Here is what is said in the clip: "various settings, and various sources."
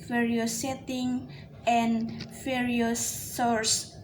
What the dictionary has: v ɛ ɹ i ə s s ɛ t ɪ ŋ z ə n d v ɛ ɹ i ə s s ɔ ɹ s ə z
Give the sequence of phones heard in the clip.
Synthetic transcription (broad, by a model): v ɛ ɹ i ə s s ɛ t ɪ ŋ ə n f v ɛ ɹ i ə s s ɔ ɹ s